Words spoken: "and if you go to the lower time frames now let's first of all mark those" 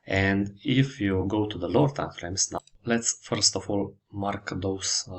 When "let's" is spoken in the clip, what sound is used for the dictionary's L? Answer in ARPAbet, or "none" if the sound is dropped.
L